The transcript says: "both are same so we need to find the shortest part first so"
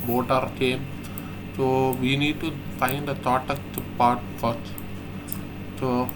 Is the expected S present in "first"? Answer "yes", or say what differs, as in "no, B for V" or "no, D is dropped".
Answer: no, S is dropped